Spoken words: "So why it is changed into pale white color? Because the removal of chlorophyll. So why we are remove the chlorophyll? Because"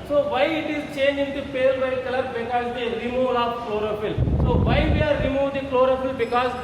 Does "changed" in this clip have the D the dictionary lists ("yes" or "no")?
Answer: no